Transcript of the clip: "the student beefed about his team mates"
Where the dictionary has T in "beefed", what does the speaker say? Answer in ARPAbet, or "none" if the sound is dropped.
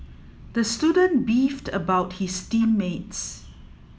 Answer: T